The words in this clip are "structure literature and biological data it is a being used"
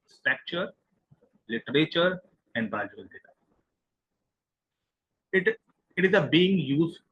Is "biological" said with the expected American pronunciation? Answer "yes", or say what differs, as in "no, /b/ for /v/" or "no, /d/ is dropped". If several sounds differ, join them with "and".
no, /k/ is dropped